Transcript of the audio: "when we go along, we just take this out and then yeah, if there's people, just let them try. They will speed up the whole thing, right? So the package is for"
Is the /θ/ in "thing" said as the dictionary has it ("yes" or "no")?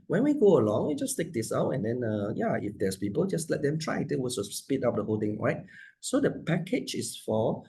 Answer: no